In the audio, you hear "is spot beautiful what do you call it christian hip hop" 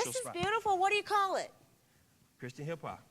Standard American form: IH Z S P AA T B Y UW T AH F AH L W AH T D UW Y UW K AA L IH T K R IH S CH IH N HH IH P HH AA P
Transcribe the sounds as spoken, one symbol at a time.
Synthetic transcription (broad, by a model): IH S IH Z B Y UW T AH F L W AH T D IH Y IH K AA L IH T K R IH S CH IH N HH IH P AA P